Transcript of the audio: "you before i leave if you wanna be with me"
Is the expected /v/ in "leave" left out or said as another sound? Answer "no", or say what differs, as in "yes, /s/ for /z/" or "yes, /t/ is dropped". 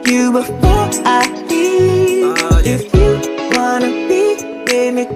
yes, /v/ is dropped